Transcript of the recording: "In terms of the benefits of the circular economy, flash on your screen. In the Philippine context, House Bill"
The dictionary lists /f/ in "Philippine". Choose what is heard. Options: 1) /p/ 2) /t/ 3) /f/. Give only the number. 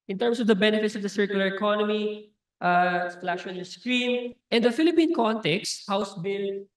3